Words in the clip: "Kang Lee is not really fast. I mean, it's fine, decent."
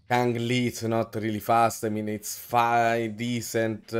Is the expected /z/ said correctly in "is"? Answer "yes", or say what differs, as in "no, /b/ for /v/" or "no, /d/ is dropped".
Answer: no, /s/ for /z/